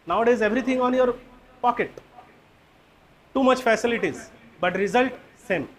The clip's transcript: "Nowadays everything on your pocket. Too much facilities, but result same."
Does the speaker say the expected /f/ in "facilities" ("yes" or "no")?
yes